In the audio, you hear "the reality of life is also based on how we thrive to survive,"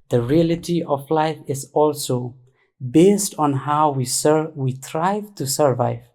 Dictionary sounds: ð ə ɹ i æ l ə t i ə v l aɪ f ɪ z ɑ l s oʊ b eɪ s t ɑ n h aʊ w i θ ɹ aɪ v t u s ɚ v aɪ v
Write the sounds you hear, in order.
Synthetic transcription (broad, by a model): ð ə ɹ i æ l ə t i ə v l aɪ f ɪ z ɑ l s oʊ b eɪ s t ɑ n h aʊ w i s ɹ aɪ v t u s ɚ v aɪ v